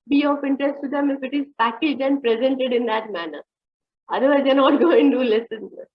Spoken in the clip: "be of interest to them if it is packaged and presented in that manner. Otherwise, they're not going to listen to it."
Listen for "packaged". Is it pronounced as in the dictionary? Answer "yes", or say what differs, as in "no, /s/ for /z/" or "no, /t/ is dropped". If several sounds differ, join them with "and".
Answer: no, /d/ is dropped